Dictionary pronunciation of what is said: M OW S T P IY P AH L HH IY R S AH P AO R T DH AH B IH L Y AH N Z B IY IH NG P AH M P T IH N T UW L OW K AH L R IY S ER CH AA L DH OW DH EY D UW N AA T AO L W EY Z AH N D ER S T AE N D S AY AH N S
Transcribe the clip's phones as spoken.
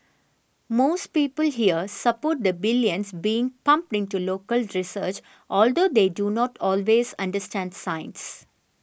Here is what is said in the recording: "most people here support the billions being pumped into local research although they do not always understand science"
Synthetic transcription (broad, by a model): M OW S T P IY P AH L HH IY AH S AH P AO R T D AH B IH L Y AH N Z B IY IH NG P AH M P T IH N T UW L OW K AH L R IY S ER CH AA L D OW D EY D UW N AA T AO L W EY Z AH N D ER S T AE N D S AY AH N S